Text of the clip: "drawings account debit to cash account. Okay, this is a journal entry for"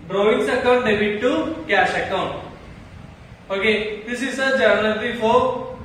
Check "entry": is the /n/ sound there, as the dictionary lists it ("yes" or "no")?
no